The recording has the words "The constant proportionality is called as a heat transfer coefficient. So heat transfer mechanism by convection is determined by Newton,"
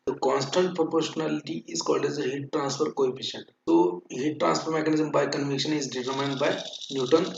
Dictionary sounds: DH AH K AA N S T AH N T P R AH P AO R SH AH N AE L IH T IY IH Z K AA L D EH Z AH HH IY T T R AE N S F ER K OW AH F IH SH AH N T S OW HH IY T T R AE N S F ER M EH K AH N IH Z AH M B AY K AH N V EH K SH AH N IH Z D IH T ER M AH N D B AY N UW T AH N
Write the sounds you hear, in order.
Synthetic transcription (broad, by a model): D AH K AA N S T AH N T P R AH P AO R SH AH N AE L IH T IY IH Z K AA L D EH Z AH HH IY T T R AE N S F ER K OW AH P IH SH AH N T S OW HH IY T T R AE N S F ER M EH K AH N IH Z AH M B AY K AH N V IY K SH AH N IH Z D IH T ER M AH N D B AY N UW T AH N